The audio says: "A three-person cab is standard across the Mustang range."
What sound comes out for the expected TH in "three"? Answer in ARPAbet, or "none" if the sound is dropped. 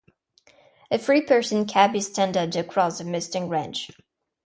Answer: F